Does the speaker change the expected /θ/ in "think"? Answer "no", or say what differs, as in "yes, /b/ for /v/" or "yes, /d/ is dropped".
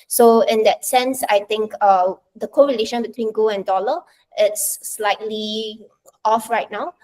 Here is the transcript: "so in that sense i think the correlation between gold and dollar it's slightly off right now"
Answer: yes, /t/ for /θ/